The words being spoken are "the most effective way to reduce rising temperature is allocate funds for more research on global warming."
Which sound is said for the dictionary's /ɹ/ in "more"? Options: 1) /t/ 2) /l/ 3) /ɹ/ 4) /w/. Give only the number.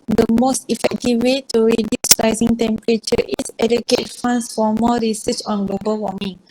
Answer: 2